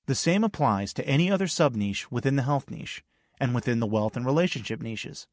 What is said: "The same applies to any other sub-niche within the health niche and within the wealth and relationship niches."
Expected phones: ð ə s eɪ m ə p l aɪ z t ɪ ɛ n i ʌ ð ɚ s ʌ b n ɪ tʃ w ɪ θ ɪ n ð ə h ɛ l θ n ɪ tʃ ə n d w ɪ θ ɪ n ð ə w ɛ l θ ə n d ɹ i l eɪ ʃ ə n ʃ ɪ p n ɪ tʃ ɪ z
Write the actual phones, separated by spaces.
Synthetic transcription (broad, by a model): ð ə s eɪ m ə p l aɪ z t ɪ ɛ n i ʌ ð ɚ s ʌ b n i ʃ w ɪ θ ɪ n ð ə h ɛ l θ n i ʃ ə n w ɪ θ ɪ n ð ə w ɛ l θ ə n ɹ i l eɪ ʃ ə n ʃ ɪ p n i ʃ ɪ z